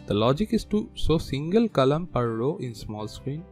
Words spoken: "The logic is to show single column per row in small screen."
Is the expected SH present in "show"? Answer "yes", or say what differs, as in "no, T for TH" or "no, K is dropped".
no, S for SH